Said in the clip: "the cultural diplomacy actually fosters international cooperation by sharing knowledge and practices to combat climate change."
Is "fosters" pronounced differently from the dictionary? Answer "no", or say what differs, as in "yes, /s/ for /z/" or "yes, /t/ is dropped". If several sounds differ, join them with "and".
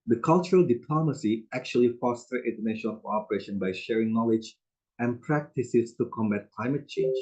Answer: yes, /z/ is dropped